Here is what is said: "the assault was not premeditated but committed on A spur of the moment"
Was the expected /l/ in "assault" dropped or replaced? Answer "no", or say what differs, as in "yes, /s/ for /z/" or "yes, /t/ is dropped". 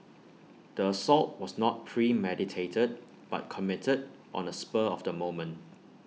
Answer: no